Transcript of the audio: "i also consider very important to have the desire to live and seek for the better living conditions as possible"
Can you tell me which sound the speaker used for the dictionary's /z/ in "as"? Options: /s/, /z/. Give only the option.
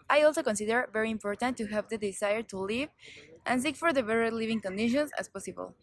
/s/